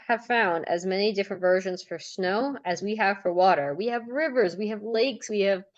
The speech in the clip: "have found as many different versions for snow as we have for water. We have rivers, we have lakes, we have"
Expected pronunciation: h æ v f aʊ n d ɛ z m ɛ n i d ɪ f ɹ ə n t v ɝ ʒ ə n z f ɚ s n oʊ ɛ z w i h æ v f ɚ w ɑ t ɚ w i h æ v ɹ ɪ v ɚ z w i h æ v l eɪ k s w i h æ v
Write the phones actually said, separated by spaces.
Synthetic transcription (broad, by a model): h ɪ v f aʊ n d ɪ z m ɛ n i d ɪ f ɹ ə n t v ɝ ʒ ə n z f ɚ s n oʊ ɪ z w i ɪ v f ɚ w ɑ t ɚ w i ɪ v ɹ ɪ v ɚ z w i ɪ v l eɪ k s w i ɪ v